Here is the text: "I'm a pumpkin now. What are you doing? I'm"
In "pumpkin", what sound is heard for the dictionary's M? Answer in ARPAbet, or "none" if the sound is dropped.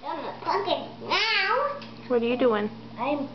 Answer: none